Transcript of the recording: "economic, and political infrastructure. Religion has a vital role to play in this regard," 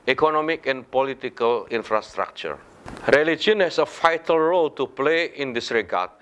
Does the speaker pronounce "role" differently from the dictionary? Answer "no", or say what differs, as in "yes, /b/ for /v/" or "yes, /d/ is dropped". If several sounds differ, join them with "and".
no